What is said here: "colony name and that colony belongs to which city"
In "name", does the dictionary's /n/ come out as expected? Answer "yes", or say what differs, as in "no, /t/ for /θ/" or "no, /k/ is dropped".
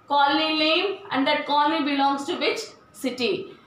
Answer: no, /l/ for /n/